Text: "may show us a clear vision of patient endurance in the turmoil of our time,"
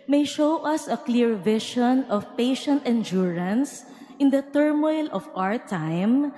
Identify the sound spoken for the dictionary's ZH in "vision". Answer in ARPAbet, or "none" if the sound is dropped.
SH